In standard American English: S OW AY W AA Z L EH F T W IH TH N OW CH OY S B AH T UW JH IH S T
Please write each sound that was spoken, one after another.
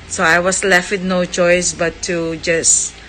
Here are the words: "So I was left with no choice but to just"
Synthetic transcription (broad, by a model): S OW AY W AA S L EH F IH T N OW CH OY S B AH T UW JH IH S